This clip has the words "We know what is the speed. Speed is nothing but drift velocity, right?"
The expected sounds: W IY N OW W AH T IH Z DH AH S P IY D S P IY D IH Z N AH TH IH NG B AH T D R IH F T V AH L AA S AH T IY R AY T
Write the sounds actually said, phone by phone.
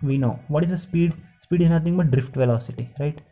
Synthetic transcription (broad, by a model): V IY N OW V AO T IH Z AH S P IY D S P IY D IH Z N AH T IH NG B AH T D R IH F T V AH L AA S AH T IY R AY T